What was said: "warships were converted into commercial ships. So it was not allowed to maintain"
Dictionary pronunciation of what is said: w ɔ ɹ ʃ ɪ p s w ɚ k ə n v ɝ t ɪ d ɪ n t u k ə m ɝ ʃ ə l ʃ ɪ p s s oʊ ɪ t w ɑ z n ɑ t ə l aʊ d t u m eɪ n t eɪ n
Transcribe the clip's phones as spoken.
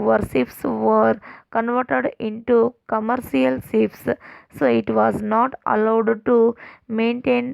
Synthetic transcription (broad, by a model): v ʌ ɹ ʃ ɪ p s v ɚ k ə n v ɝ t ɪ d ɪ n t u k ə m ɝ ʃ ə l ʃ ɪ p s s oʊ ɪ t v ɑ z n ɑ t ə l aʊ d t u m eɪ n t eɪ n